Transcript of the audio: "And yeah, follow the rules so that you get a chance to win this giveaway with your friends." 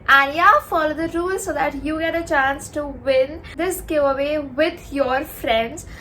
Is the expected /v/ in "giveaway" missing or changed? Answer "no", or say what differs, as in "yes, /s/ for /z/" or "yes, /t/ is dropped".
yes, /v/ is dropped